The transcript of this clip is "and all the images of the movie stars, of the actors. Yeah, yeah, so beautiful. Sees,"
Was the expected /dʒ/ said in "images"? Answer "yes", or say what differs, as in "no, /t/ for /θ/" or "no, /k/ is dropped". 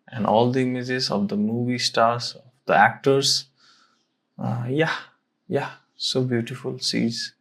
no, /z/ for /dʒ/